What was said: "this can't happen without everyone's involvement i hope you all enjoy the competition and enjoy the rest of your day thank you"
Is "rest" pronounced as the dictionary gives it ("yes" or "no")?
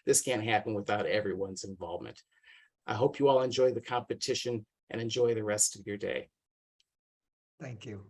yes